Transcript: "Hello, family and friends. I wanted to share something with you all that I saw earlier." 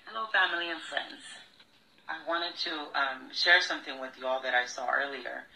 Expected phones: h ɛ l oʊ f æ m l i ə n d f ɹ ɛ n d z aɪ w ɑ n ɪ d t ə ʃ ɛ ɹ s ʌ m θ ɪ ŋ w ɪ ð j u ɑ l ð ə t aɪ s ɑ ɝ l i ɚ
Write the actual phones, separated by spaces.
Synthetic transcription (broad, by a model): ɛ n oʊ f æ m l i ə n f ɹ ɛ n d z aɪ w ɑ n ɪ d t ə ʃ ɛ ɹ s ʌ m θ ɪ ŋ w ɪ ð j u ɑ l ð ə t aɪ s ɑ ɝ l i ɚ